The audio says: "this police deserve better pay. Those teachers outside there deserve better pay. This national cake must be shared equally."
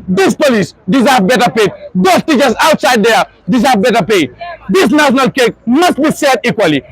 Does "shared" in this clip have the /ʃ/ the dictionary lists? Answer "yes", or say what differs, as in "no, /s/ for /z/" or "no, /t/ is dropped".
no, /s/ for /ʃ/